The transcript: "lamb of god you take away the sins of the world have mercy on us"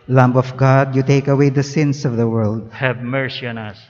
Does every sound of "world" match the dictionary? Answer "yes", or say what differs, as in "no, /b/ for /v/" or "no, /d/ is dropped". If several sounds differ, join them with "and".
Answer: yes